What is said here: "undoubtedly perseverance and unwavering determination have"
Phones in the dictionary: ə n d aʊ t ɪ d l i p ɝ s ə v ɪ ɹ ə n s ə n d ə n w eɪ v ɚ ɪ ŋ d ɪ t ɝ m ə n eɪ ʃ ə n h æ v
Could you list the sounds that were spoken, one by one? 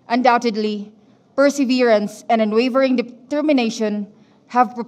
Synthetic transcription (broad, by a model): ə n d aʊ t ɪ d l i p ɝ s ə v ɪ ɹ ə n s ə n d ə n w eɪ v ɚ ɪ ŋ d ɪ t ɝ m ə n eɪ ʃ ə n h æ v